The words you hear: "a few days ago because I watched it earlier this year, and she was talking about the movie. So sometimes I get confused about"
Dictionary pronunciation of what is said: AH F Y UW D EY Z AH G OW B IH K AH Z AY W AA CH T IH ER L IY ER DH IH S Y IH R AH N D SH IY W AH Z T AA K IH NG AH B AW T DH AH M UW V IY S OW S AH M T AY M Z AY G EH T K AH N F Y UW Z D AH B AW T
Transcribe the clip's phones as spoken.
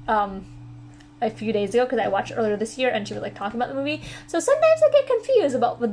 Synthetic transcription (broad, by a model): AH F Y UW D EY Z AH G OW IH K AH Z AY W AA CH T ER L IY ER DH IH S Y IH R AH N SH IY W AH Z T AA K IH NG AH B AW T DH AH M UW V IY S OW S AH M T AY M Z AY G EH T K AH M F Y UW Z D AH B AW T